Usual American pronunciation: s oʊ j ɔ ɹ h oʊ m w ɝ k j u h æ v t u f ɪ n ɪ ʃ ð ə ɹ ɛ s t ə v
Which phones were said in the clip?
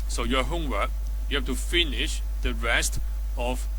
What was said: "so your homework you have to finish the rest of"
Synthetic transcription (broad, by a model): s oʊ j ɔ h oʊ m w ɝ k j u h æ f t u f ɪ n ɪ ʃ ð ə ɹ ɛ s t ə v